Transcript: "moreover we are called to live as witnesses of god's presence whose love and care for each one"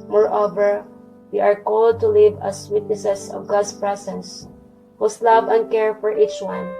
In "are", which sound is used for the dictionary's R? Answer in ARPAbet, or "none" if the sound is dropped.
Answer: R